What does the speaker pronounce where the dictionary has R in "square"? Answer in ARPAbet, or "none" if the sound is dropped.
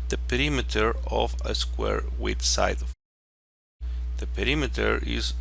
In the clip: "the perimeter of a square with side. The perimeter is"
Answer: R